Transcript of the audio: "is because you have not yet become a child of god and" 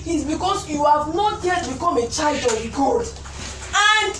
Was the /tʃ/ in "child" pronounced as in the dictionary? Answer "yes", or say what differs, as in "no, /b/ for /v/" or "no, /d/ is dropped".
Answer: yes